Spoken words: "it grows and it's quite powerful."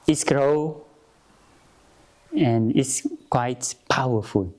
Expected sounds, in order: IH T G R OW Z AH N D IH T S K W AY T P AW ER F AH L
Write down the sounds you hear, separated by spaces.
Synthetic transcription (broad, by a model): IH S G R OW AH N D IH T S K W AY T P AW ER F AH L